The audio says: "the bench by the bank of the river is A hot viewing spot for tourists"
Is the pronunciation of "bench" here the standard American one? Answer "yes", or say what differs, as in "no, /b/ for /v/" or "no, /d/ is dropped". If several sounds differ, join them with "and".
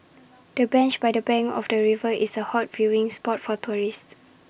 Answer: yes